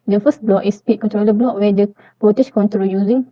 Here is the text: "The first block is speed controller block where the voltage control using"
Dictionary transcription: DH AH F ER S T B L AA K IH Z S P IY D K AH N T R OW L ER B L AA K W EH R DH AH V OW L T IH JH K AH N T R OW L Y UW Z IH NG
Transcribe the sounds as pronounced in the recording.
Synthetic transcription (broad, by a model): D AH F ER S T B L AA K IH S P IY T K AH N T R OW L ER B L AA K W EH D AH P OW T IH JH K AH N T R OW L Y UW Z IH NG